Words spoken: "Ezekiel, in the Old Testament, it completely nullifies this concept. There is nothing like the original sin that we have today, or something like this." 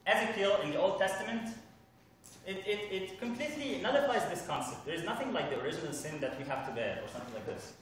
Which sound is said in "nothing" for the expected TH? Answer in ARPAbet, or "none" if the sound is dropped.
TH